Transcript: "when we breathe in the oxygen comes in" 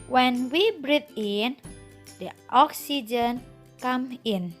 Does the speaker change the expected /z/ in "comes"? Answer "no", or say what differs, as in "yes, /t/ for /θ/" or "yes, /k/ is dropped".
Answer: yes, /z/ is dropped